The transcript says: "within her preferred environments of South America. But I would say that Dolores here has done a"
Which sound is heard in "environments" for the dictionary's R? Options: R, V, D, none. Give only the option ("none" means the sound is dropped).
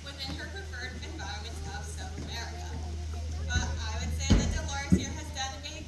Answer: none